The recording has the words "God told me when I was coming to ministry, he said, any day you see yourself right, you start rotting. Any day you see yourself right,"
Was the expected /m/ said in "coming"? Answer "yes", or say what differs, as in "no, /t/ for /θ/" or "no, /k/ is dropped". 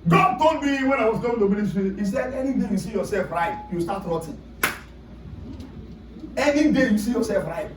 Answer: no, /m/ is dropped